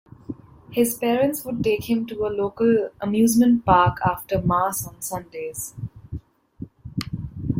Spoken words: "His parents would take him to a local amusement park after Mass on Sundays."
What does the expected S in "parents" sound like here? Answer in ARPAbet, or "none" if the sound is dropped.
S